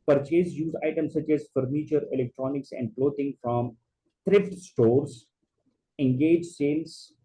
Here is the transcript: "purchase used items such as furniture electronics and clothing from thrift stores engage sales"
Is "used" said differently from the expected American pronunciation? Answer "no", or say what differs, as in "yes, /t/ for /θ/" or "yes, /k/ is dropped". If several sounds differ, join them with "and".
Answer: yes, /d/ is dropped